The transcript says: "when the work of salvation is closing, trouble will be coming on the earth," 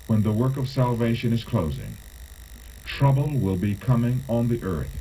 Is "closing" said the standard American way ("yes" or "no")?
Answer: yes